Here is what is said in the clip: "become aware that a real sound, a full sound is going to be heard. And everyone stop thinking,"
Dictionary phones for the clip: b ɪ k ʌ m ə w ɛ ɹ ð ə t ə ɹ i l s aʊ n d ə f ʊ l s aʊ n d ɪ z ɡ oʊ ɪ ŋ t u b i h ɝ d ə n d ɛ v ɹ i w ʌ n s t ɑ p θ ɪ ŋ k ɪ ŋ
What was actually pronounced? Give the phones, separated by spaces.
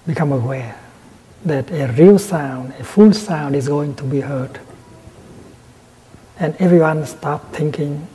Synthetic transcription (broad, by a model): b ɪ k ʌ m ə w ɛ ɹ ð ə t ə ɹ i l s aʊ n d ə f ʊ l s aʊ n d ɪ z ɡ oʊ ɪ ŋ t u b i h ɝ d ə n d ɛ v ɹ i w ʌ n s t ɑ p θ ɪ ŋ k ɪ ŋ